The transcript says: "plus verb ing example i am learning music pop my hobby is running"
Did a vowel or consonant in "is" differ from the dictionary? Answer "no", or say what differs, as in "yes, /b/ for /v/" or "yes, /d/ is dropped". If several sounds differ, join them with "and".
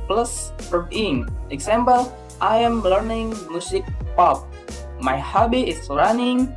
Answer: yes, /s/ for /z/